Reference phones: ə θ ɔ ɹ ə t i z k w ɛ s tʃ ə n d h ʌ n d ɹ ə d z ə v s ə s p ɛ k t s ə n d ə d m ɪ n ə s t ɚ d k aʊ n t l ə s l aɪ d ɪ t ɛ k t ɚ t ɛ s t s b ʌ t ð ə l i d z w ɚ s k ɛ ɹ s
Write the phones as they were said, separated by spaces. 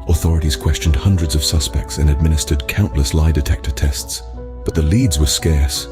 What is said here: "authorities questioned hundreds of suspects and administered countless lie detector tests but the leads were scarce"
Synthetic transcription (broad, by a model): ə θ ɔ ɹ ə t i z k w ɛ s tʃ ə n d h ʌ n d ɹ ə d z ə v s ə s p ɛ k t s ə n ə d m ɪ n ə s t ɚ d k aʊ n t l ə s l aɪ d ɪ t ɛ k t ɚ t ɛ s t s b ʌ t ð ə l i d z w ɚ s k ɛ ɹ s